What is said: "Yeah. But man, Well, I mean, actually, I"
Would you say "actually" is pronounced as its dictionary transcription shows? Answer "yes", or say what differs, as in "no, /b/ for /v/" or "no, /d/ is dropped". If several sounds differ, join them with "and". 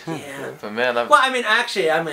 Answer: yes